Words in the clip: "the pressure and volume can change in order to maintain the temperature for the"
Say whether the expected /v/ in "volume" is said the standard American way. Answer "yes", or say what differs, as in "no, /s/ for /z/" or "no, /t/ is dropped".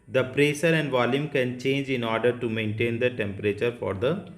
yes